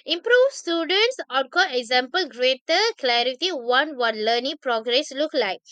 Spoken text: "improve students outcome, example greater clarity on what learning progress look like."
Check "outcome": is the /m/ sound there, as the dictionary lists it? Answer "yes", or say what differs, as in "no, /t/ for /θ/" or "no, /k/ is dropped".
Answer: no, /m/ is dropped